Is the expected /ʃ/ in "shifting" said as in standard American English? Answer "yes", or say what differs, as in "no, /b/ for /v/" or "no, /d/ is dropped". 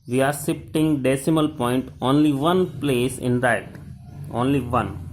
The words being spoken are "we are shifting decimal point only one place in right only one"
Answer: no, /s/ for /ʃ/